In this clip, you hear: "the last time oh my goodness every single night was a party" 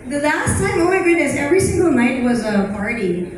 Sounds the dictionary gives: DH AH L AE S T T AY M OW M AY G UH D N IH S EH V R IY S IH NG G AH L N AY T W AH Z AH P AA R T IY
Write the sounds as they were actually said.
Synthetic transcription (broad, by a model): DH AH L AE S T S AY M OW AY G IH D IH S EH V R IY S IH NG G AH L N AY T W AH Z AH P AA R T IY